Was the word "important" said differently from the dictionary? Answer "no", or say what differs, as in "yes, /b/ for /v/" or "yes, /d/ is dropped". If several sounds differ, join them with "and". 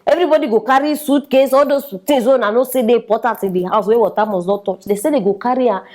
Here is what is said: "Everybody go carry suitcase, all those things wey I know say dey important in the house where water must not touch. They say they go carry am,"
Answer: yes, /n/ is dropped